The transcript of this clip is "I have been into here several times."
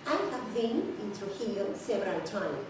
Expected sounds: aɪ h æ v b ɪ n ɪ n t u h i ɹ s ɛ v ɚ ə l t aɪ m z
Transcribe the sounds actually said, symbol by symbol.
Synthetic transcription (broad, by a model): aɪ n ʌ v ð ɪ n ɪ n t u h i l s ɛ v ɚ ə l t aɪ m